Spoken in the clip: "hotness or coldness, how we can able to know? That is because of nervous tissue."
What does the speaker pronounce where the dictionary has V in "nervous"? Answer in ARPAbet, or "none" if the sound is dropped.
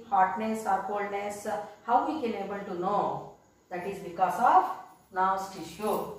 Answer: none